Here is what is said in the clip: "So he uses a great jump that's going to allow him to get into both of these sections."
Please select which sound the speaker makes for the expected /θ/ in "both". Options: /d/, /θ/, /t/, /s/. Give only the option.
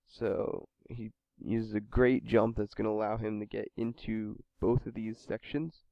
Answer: /θ/